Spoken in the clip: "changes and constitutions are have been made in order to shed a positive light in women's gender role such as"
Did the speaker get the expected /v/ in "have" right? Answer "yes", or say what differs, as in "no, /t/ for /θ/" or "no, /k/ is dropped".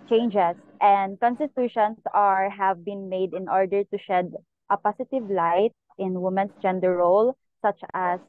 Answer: yes